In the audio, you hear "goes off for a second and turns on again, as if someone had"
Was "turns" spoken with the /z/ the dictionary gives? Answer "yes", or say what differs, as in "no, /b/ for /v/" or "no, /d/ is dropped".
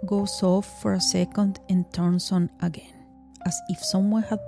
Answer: no, /s/ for /z/